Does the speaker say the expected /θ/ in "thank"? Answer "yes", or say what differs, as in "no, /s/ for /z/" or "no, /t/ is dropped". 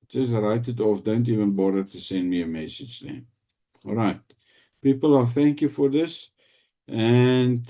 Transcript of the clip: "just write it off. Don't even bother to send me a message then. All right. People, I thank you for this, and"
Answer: yes